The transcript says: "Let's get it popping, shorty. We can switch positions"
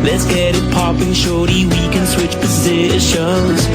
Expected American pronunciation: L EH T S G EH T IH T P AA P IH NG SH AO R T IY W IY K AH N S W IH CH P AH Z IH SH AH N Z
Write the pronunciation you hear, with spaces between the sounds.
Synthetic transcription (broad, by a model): L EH T S G EH T IH T P AA P IH NG SH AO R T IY W IY K AH N S W IH CH P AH Z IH SH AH N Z